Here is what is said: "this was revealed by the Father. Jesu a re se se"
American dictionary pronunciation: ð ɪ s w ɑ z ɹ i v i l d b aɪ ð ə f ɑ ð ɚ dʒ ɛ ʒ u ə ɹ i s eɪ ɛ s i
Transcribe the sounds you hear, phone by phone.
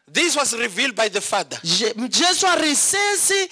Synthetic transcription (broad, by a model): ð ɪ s w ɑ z ɹ i v i l d b aɪ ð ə f ɑ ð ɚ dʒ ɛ s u ə ɹ i s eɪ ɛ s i